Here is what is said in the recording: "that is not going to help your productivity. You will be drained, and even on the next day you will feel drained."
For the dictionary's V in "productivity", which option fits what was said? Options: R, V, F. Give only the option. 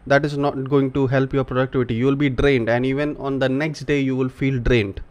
V